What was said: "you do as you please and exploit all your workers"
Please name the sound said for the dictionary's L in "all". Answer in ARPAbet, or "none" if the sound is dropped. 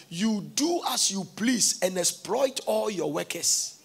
L